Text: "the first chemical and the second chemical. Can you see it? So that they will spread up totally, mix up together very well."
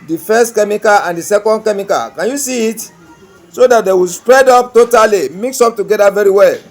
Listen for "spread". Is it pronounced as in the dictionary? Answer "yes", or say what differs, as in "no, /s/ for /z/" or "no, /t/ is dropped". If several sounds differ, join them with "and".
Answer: yes